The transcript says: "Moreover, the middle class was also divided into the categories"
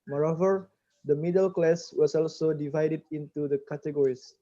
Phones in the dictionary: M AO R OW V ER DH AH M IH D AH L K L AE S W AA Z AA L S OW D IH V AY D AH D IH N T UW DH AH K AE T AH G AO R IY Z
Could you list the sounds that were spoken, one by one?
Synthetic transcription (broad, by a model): M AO R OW V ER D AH M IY D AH L K L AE S W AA S AA L S OW D IH V AY D AH D IH N T UW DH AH K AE T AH G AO R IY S